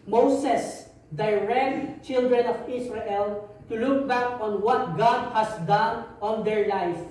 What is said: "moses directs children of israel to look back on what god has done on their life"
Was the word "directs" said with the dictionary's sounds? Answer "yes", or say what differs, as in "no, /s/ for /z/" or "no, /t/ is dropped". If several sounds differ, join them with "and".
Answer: no, /s/ is dropped